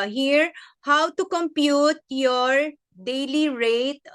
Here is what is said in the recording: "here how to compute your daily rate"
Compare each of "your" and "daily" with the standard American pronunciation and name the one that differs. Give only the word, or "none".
none